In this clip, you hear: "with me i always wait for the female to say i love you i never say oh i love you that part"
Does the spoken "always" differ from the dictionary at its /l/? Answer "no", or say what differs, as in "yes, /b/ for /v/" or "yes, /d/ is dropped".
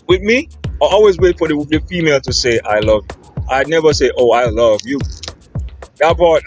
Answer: no